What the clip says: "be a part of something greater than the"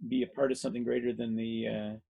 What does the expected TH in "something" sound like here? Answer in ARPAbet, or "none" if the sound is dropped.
TH